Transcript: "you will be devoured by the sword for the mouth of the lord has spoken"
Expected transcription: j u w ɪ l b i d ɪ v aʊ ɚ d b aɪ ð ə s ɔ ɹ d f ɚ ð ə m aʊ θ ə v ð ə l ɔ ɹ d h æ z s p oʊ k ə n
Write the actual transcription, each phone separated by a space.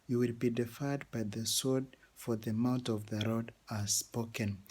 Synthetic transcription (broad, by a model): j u w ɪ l b i d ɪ f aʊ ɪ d b aɪ ð ə s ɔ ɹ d f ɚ ð ə m aʊ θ ə v ð ə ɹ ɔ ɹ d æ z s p oʊ k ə n